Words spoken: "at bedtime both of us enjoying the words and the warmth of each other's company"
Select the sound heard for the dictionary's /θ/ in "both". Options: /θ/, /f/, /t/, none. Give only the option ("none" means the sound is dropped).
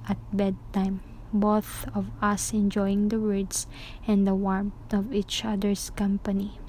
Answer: /θ/